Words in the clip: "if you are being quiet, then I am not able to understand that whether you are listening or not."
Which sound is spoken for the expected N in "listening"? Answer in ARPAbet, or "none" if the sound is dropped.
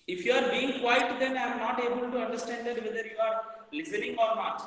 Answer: L